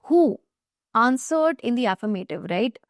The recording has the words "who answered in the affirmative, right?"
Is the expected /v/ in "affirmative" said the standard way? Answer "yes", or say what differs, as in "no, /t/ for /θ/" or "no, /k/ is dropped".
yes